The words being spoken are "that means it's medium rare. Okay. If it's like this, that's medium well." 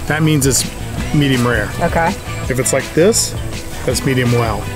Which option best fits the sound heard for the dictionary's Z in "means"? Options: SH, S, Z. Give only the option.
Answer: Z